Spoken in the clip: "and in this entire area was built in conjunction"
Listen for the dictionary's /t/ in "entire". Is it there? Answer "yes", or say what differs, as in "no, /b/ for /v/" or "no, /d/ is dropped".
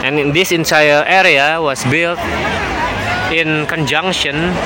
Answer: no, /s/ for /t/